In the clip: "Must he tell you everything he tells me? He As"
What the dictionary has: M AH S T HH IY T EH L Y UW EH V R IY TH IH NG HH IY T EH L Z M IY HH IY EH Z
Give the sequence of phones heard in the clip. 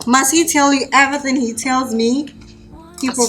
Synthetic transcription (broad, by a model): M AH S T HH IY T EH L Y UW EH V IY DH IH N HH IY T EH L Z M IY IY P